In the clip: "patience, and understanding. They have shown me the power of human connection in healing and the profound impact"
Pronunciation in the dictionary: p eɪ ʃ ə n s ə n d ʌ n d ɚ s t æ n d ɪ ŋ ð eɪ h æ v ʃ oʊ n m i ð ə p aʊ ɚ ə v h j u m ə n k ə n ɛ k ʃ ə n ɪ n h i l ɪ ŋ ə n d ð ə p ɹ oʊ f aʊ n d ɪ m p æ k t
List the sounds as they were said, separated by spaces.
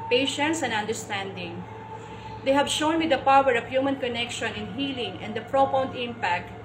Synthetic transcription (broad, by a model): p eɪ ʃ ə n s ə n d ʌ n d ɚ s t æ n d ɪ ŋ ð eɪ h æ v ʃ oʊ n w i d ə p aʊ ɚ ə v h j u m ə n k ə n ɛ k ʃ ə n ɪ n h i l ɪ ŋ ə n d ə p ɹ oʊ p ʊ n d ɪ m p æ k t